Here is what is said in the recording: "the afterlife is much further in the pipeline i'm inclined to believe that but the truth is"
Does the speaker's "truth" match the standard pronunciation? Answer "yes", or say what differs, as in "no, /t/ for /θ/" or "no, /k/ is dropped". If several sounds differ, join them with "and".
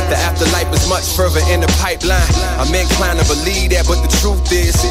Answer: yes